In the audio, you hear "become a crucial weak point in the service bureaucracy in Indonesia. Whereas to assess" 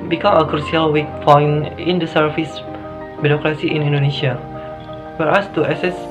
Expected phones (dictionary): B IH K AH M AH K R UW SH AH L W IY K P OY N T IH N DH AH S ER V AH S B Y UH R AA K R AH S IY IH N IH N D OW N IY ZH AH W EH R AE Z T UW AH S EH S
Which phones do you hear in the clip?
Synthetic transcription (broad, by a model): B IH K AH M AH K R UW S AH L W IY K F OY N IH N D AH S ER F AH S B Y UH R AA K R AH S IY IH N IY N D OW N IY SH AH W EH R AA S T UW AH S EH S